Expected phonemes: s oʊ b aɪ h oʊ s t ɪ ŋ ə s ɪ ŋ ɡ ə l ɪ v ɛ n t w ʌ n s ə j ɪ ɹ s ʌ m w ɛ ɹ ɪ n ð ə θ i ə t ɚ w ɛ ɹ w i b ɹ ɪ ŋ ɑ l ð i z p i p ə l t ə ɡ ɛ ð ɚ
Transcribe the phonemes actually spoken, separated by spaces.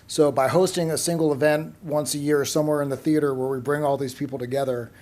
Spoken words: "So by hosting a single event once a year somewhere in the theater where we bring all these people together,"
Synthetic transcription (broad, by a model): s oʊ b aɪ h oʊ s t ɪ ŋ ə s ɪ ŋ ɡ l ɪ v ɛ n t w ʌ n s ə j ɪ ɹ s ʌ m w ɛ ɹ ɪ n ð ə θ i ə t ɚ w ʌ ɹ w i b ɹ ɪ ŋ ɑ l ð i z p i p l t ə ɡ ɛ ð ɚ